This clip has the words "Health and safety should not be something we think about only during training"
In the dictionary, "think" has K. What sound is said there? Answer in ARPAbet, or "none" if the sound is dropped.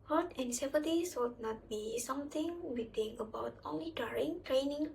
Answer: none